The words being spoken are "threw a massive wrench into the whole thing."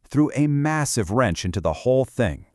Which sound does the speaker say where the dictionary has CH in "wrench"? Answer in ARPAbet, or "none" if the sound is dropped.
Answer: CH